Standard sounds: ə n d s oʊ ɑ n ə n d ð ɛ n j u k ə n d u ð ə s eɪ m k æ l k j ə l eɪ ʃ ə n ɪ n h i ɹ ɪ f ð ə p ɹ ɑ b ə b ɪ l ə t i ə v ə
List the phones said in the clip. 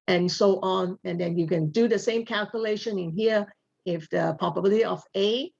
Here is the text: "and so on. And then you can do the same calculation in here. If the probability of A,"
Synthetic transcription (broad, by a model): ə n s oʊ ɑ n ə n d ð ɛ n j u k ə n d u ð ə s eɪ m k æ l k j ə l eɪ ʃ ə n ɪ n h i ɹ ɪ f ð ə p ɑ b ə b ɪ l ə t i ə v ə